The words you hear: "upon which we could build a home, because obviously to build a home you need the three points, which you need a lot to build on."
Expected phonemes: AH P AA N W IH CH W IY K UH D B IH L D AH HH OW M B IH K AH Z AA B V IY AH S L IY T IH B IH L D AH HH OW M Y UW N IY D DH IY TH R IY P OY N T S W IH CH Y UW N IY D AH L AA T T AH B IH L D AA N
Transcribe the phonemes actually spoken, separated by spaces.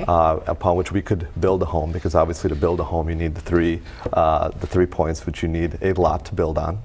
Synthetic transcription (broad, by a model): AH P AA N W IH CH W IY K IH D B IH L D AH HH OW M B IH K AH Z AA B V IY AH S L IY T IH B IH L D AH HH OW M Y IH N IY D DH IY TH R IY P OY N T S W IH CH Y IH N IY D AH L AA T T AH B IH L D N